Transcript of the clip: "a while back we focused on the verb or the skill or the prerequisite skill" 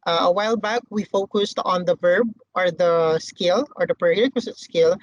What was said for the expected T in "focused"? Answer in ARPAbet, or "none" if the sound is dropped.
T